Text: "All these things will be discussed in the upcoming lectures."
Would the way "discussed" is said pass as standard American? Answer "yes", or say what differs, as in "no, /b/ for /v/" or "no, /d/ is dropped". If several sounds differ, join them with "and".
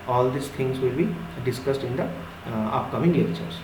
yes